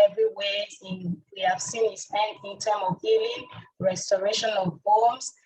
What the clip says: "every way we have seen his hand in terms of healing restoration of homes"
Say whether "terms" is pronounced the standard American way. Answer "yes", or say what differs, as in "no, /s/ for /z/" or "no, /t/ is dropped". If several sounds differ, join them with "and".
no, /z/ is dropped